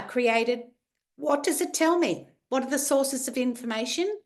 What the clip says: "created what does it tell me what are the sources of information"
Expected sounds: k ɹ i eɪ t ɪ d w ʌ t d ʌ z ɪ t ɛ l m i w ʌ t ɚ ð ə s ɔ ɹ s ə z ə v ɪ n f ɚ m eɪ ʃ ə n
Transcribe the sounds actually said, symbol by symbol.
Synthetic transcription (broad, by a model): k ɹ i eɪ t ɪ d w ʌ t d ʌ z ɪ t ɛ l m i w ʌ t ɚ ð ə s ɔ ɹ s ə z ə v ɪ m f ɚ m eɪ ʃ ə n